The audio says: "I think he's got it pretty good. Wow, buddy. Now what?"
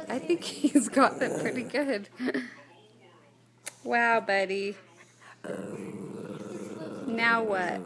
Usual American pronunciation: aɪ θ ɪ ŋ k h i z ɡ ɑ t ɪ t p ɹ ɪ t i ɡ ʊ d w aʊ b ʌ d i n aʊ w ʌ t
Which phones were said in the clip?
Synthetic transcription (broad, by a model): aɪ θ ɪ ŋ k h i z ɡ ɑ t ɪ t p ɹ ɪ t i ɡ ʊ d w aʊ b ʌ d i n aʊ w ʌ t